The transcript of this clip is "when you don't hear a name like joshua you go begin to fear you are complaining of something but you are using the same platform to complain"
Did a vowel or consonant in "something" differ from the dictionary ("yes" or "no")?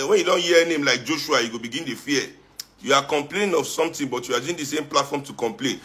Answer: yes